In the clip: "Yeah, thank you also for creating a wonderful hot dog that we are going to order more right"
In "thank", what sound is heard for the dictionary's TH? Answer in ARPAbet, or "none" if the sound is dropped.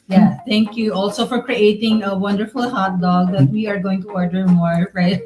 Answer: T